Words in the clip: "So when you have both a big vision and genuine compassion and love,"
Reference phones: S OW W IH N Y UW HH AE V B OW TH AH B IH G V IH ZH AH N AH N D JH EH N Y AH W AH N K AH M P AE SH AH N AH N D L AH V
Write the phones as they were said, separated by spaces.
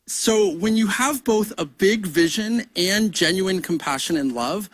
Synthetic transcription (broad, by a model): S OW W IH N Y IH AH V B OW TH AH B IH G V IH ZH AH N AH N JH EH N Y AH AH N K M P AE SH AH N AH N L AH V